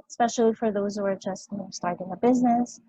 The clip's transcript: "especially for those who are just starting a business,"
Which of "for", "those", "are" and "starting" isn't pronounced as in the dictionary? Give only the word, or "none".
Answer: none